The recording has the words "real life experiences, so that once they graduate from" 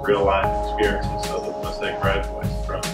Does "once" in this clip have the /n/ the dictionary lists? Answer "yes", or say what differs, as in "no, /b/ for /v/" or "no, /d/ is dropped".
no, /n/ is dropped